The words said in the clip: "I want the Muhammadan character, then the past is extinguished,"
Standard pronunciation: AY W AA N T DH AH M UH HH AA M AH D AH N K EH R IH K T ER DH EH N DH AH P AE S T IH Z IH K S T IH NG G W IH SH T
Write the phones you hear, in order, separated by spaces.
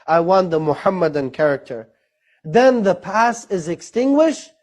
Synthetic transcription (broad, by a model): AY W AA N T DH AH M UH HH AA M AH D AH N K EH R IH K T ER DH EH N DH AH P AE S IH Z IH K S T IH NG G W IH SH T